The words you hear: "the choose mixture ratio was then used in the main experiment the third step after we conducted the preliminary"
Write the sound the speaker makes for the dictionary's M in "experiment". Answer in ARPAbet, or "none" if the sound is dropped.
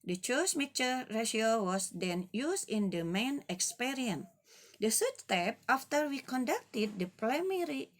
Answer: none